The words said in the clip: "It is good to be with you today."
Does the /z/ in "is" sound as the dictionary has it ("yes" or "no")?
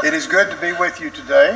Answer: yes